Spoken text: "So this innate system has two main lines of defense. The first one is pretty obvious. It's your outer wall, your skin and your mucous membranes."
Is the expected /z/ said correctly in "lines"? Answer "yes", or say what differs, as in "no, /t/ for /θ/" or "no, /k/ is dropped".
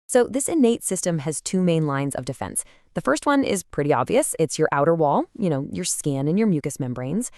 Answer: yes